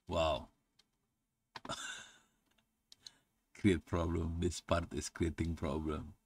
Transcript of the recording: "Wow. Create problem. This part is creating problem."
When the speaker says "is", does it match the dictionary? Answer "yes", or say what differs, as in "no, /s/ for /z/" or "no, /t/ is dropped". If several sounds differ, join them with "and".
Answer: no, /s/ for /z/